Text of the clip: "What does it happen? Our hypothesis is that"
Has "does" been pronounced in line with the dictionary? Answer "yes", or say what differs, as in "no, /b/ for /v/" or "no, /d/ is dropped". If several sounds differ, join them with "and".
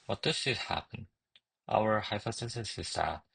no, /s/ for /z/